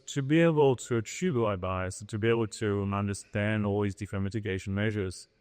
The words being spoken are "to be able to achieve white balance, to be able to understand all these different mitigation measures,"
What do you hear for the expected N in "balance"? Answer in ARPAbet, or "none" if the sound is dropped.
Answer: none